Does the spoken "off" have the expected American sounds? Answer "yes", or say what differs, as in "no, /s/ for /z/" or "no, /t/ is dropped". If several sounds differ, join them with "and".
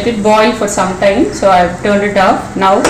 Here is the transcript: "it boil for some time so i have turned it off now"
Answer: no, /p/ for /f/